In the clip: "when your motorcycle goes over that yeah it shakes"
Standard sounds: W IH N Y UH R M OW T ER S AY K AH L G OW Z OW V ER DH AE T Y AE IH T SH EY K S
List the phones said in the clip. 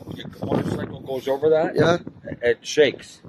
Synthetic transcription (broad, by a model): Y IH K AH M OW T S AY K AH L G OW Z OW V ER DH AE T Y AE IH T SH EY K S